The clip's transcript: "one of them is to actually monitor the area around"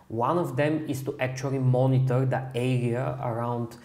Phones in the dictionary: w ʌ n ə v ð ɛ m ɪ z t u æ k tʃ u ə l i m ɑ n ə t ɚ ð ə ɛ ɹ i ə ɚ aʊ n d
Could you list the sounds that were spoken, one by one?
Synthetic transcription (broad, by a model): w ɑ n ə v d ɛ m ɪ s t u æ k tʃ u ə l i m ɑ n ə t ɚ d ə ɛ ɹ i ə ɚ aʊ n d